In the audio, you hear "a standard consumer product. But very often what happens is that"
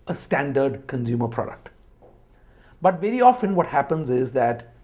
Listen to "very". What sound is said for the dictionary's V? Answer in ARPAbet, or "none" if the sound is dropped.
V